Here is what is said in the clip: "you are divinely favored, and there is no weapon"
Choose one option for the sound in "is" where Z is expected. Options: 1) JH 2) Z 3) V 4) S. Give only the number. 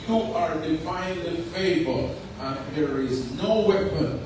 2